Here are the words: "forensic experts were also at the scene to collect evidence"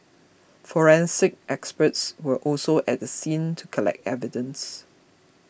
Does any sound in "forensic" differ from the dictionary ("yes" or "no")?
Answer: no